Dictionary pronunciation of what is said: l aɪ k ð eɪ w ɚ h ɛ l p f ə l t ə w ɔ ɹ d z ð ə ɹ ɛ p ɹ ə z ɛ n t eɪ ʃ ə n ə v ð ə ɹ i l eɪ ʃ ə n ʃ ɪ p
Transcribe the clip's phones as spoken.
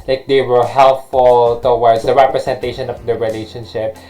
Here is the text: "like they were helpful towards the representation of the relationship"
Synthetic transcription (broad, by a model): l aɪ k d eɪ w ɚ h ɛ l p f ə l t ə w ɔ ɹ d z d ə ɹ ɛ p ɹ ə s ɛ n t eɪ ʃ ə n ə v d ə ɹ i l eɪ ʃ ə n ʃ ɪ p